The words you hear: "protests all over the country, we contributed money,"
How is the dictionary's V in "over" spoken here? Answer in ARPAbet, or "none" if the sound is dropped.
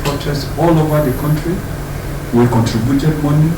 V